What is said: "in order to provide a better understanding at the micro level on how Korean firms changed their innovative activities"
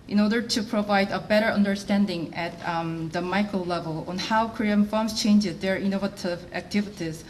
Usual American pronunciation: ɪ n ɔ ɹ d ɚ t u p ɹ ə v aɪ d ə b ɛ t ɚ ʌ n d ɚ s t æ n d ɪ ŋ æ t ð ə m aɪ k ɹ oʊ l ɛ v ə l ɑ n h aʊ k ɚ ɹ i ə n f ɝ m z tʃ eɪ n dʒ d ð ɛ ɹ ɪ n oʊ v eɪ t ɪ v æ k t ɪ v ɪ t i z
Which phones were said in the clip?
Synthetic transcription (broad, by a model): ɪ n ɔ ɹ d ɚ t u p ɹ ə v aɪ d ə b ɛ t ɚ ʌ n d ɚ s t æ n d ɪ ŋ æ t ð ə m aɪ k ɹ oʊ l ɛ v ə l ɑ n h aʊ k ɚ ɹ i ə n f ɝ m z tʃ eɪ n dʒ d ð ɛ ɹ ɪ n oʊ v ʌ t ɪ v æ k t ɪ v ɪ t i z